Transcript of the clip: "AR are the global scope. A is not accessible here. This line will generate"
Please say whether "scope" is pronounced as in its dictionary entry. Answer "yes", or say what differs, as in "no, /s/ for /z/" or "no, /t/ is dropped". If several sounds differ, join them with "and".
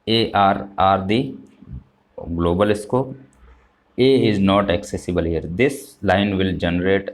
no, /p/ is dropped